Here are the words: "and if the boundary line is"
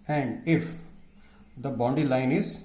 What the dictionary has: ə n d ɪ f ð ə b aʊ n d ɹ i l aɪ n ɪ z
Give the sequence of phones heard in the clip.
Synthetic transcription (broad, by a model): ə n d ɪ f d ə b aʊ n d i l aɪ n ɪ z